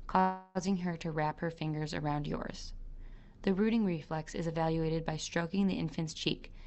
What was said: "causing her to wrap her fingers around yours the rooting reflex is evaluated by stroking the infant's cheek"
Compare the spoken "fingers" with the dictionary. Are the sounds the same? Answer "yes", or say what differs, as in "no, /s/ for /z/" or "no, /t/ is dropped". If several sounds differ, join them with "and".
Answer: yes